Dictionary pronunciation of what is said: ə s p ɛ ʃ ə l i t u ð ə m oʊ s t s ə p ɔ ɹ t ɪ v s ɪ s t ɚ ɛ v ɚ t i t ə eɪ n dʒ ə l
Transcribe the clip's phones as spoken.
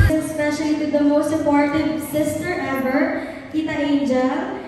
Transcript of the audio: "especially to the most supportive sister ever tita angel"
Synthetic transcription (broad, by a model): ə s p ɛ ʃ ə l i t u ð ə m oʊ s t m p ɔ ɹ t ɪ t s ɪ s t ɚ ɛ b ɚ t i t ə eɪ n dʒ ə